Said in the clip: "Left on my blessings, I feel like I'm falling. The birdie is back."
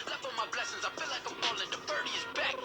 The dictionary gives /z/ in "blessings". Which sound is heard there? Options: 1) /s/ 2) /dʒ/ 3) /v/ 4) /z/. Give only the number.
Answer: 4